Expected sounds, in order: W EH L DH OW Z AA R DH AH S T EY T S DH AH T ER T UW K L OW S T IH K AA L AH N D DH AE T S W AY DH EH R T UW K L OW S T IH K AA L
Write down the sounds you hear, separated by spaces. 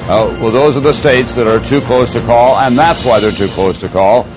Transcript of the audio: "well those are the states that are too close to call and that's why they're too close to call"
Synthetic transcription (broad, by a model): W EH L DH OW Z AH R DH AH S T EY T S DH AH T ER T UW K L OW S T IH K AA L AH N DH AE T S W AY DH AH R T UW K L OW S T IH K AA L